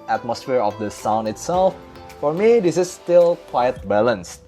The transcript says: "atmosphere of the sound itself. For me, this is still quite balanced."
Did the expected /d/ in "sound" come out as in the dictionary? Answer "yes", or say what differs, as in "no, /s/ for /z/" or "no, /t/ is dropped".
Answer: no, /d/ is dropped